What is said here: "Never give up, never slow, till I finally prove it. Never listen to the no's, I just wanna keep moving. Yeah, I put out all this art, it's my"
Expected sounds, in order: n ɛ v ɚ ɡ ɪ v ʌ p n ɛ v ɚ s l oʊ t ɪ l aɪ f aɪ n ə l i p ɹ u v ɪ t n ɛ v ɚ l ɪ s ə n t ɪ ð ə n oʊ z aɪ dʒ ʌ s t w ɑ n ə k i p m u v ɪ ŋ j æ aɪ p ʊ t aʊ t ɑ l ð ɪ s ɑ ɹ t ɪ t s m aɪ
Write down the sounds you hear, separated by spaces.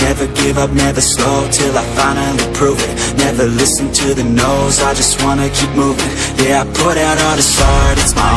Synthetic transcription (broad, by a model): n ɛ v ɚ ɡ ɪ v ʌ p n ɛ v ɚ s l oʊ t ɪ l aɪ f aɪ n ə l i p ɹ u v ɪ t n ɛ v ɚ l ɪ s ə n t ɪ ð ə n oʊ z aɪ dʒ ʌ s t w ɑ n ə k i p m u v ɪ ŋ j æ aɪ p ʊ t aʊ t ð ɪ s ɑ ɹ t ɪ t s m aɪ